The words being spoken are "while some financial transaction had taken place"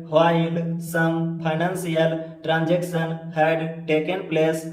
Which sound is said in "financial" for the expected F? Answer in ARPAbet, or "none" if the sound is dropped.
P